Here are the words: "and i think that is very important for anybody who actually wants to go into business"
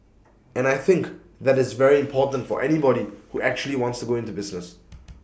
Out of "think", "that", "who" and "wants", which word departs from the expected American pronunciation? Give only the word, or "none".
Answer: none